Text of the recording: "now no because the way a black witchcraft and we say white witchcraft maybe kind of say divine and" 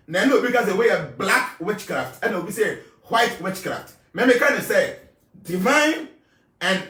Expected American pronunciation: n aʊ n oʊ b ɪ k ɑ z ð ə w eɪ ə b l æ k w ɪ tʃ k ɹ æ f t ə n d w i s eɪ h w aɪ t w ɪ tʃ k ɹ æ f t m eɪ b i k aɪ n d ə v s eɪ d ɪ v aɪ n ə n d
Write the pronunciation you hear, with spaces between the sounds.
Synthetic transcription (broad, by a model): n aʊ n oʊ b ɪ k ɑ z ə w eɪ ə b l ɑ k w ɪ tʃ k ɹ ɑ f t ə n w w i s eɪ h w aɪ t w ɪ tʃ k ɹ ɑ f t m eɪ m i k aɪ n ə s eɪ d ɪ v aɪ n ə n